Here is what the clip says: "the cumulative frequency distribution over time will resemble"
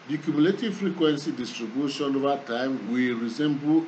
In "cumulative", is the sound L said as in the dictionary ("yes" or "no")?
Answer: yes